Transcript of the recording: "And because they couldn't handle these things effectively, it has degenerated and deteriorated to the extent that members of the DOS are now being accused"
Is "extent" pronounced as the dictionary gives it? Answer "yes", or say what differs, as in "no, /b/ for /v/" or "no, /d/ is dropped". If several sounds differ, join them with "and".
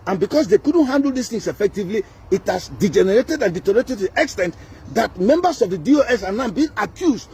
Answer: yes